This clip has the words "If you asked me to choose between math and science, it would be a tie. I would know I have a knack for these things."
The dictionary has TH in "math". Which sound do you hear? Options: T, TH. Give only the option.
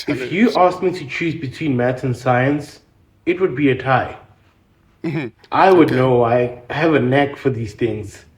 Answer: T